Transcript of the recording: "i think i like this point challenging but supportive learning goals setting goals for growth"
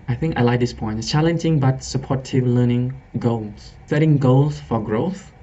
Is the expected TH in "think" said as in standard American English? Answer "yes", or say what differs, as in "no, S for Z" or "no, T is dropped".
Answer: yes